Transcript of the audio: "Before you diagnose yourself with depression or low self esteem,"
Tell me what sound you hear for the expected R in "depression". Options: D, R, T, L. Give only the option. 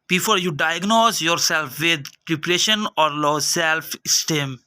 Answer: L